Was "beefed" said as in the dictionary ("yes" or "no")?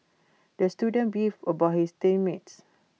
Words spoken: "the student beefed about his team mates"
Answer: no